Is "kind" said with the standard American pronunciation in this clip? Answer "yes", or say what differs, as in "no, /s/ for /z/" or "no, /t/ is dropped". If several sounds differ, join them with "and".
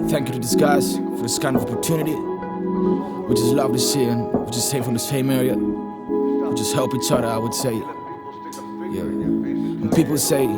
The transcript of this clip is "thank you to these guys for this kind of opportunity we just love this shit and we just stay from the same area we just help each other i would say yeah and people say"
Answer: no, /d/ is dropped